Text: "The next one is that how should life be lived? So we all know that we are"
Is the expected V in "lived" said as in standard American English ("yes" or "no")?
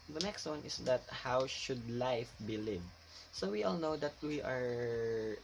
no